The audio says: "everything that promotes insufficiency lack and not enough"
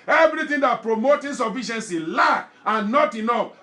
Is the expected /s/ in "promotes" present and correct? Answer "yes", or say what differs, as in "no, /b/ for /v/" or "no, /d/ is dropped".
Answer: no, /s/ is dropped